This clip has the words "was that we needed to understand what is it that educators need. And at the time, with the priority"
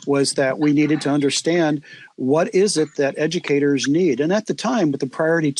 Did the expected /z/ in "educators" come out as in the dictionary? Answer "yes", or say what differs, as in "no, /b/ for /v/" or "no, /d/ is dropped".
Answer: yes